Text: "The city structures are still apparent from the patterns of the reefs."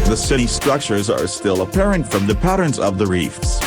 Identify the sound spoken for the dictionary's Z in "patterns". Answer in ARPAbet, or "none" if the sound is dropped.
Z